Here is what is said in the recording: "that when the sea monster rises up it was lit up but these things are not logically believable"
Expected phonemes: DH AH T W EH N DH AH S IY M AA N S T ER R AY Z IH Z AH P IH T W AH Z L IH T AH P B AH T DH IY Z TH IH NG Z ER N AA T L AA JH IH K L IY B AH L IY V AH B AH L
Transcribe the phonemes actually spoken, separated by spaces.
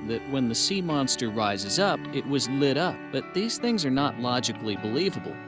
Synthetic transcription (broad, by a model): DH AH T W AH N DH AH S IY M AA N S T ER R AY Z IH Z AH P IH T W AH Z L IH T AH P B AH T DH IY Z TH IH NG Z ER N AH T L AA JH IH K L IY B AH L IY V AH B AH L